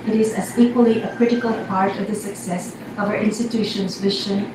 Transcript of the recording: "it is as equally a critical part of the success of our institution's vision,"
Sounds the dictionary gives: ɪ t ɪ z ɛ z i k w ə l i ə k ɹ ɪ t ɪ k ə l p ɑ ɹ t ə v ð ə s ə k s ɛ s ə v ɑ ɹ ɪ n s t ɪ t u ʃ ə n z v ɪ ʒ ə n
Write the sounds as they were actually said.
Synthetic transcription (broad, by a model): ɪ t ɪ z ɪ z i k w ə l i ə k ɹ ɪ t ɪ k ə l p ɑ ɹ t ə v ð ə s ə k s ɛ s ə v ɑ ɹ ɪ n s t ɪ t u ʃ ə n z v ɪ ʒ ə n